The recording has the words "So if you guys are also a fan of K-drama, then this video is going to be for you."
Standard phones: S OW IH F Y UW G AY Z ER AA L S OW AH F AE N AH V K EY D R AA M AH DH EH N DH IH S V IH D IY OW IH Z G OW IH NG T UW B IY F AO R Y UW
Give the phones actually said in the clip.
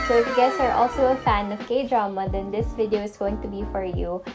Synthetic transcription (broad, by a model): S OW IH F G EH S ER AA L S OW AH F AE N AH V K EY D R AA M AH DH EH N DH IH S V IH D IY OW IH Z G OW IH NG T UW B IY F AO R Y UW